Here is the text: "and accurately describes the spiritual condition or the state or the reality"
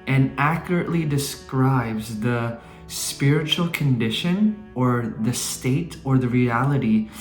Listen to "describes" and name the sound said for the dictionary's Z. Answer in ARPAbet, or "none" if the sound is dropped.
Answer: Z